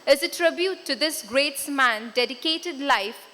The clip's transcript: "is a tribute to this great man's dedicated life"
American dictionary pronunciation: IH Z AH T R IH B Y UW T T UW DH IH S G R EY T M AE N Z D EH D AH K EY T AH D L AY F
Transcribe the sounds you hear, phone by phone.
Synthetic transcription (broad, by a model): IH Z AH T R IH B Y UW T T UW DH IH S G R EY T M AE N D EH D AH K EY T AH D L AY F